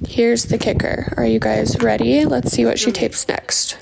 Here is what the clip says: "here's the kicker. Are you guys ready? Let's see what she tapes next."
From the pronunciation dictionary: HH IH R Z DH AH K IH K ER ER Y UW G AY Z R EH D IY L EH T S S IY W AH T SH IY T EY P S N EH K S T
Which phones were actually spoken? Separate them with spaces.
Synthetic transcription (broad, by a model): HH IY R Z DH AH K IH K ER ER Y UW G AY Z R EH D IY L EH T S S IY W AH T SH IY T EY P S N EH K S T